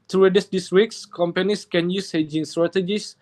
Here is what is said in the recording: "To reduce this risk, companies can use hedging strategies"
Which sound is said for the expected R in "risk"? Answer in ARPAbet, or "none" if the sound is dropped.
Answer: W